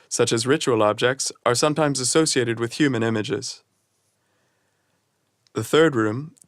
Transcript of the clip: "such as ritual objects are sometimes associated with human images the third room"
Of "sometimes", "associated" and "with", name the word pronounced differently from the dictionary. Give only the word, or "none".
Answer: none